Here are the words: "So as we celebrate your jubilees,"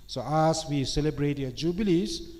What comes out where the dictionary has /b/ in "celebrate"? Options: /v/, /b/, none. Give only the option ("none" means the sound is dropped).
/b/